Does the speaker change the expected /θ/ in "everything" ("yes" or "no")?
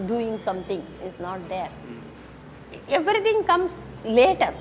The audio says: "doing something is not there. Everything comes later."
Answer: yes